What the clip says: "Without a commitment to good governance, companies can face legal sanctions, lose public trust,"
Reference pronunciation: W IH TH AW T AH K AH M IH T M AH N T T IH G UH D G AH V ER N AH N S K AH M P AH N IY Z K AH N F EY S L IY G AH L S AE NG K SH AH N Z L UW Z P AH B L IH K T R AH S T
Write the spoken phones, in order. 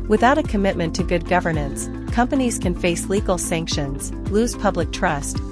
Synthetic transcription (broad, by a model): W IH TH AW T AH K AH M IH T M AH N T T IH G UH D G AH V ER N AH N S K AH M P AH N IY Z K AH N F EY S L IY G L S AE NG K SH AH N Z L UW Z P AH B L IH K T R AH S T